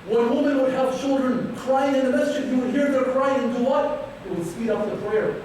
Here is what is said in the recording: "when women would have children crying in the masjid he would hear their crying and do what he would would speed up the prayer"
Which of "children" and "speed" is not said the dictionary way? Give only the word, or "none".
none